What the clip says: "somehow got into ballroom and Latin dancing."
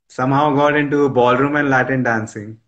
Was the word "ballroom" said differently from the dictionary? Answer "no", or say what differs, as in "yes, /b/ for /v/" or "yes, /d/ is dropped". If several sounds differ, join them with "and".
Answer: no